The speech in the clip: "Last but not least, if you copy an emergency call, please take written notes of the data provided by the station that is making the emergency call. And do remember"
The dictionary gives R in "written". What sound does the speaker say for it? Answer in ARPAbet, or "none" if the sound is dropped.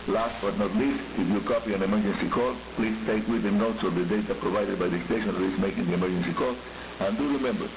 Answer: W